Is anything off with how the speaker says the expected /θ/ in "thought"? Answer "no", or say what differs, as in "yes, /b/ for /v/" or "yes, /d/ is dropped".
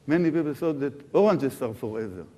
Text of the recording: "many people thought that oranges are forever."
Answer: yes, /s/ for /θ/